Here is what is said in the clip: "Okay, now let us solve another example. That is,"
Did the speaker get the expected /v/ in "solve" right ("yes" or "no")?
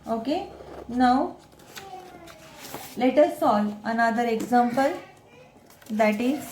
no